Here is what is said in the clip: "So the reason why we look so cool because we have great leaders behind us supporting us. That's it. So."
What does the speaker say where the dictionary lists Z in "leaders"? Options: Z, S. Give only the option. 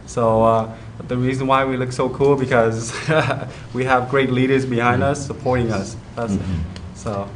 Z